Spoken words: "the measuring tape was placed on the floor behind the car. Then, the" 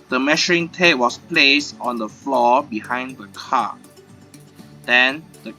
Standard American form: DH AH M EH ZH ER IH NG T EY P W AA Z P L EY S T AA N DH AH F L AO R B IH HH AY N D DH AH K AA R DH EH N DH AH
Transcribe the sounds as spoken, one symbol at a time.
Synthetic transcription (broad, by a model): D AH M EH SH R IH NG T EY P W AA S P L EY S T AA N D AH F L AO B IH HH AY N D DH AH K AA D EH N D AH